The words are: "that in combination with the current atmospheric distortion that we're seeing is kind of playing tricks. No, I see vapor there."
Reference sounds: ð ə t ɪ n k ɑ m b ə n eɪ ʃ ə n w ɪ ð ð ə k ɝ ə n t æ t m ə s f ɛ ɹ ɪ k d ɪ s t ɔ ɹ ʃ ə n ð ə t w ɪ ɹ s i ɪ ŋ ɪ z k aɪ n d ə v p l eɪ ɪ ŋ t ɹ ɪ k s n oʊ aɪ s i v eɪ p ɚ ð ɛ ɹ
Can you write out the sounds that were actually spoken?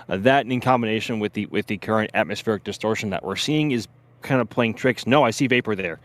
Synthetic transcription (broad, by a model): ð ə t ɪ n k ɑ m b ə n eɪ ʃ ə n w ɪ ð ð ə k ɝ ə n t æ t m ə s f ɛ ɹ ɪ k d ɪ s t ɔ ɹ ʃ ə n ð ə t w ɪ ɹ s i ɪ ŋ ɪ z k aɪ n d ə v p l eɪ ɪ ŋ t ɹ ɪ k s n oʊ aɪ s i v eɪ p ɚ ð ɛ ɹ